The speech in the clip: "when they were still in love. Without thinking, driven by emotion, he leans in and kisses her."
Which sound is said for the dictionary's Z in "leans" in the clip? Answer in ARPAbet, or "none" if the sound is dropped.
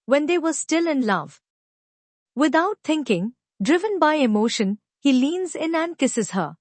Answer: Z